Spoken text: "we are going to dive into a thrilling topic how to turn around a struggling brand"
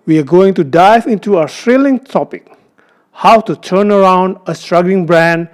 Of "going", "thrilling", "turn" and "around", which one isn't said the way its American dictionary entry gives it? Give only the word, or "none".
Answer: thrilling